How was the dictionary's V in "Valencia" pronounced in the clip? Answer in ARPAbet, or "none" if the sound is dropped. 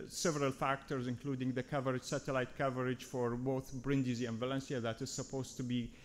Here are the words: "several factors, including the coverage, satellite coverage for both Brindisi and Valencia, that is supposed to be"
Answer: V